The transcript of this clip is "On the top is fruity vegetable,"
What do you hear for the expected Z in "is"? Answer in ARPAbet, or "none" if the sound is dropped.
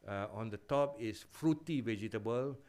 S